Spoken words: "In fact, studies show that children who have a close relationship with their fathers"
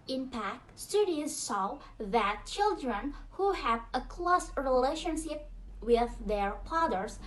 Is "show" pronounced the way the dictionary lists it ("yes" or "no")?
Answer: no